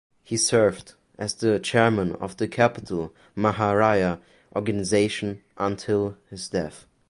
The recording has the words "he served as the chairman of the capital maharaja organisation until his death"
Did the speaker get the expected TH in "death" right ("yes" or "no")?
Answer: yes